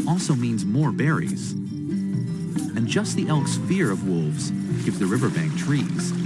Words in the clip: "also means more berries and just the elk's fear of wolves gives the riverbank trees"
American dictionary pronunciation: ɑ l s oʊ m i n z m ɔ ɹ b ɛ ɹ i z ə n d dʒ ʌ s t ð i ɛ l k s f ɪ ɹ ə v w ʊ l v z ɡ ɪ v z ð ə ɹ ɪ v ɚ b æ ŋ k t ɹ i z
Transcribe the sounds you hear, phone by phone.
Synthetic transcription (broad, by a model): ɑ l s oʊ m i n z m ɔ ɹ b ɛ ɹ i z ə n dʒ ʌ s t ð i ɛ l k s f ɪ ɹ ə v w ʊ l v z ɡ ɪ v z ð ə ɹ ɪ v ɚ b æ ŋ k t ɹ i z